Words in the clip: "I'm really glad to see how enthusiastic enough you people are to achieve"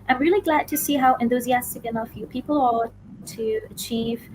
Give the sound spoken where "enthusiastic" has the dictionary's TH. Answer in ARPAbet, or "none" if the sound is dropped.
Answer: TH